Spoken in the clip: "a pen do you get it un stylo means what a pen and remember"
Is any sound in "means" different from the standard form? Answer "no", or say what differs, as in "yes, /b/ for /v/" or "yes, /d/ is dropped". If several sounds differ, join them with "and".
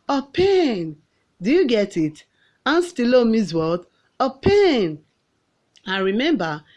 yes, /n/ is dropped